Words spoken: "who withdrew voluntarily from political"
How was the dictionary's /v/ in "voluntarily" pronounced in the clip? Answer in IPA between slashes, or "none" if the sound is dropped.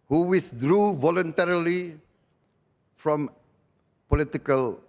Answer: /v/